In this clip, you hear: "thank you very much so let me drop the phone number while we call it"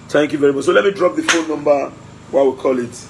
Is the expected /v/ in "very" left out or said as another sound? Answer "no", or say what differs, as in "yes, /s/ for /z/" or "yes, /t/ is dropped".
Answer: no